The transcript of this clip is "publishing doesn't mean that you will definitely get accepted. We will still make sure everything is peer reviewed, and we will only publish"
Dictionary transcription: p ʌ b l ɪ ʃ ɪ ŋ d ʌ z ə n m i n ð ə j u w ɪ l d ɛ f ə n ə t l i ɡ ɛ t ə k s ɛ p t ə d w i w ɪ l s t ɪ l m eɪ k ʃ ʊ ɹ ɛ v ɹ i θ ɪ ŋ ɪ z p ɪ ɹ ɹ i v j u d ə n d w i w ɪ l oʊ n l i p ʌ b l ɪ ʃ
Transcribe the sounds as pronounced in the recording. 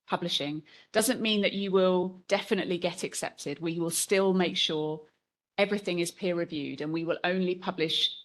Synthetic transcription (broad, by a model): p ʌ b l ɪ ʃ ɪ ŋ d ʌ z ə n m i n ð ə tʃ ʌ w ɪ l d ɛ f ə n ə t l i ɡ ɛ t ə k s ɛ p t ə d w i w ɪ l s t ɪ l m eɪ k ʃ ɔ ɹ ɛ v ɹ i θ ɪ ŋ ɪ z p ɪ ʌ ɹ i v j u d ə n w i w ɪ l oʊ n l i p ʌ b l ɪ ʃ